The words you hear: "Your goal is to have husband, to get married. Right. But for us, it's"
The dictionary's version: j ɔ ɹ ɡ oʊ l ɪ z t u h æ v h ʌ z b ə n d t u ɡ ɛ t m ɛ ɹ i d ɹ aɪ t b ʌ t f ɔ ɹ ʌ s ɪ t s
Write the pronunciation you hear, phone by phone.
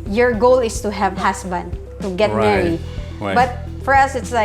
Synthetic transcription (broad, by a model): j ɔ ɹ ɡ oʊ l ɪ s t u h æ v h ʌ s b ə n d t u ɡ ɛ t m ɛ ɹ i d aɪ b ʌ t f ɔ ɹ ʌ s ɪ t s